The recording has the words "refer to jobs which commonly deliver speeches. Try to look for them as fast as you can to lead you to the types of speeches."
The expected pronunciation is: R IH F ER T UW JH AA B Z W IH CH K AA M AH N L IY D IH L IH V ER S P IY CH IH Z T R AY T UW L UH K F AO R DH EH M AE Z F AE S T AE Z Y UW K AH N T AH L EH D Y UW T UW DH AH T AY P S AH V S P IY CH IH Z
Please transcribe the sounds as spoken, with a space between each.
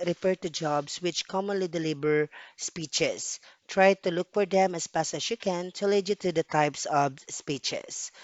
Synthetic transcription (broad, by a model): R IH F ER T UW JH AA B S W IH CH K AA M AH N L IY D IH L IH B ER S P IY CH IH S T R AY T UW L UH K F AO R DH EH M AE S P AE S AE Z Y UW K AH N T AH L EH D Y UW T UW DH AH T AY P S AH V S P IY CH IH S